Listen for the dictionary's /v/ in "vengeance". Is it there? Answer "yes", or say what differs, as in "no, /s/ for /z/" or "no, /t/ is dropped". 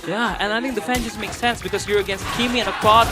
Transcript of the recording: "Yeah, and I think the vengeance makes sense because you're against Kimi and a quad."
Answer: no, /f/ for /v/